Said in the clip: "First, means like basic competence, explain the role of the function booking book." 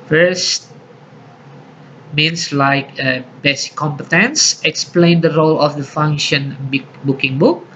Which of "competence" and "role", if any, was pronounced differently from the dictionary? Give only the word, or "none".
none